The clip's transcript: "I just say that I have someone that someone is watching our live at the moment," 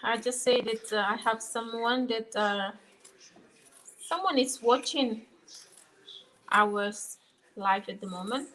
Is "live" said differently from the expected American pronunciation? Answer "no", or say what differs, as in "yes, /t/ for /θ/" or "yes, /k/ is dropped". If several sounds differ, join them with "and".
yes, /f/ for /v/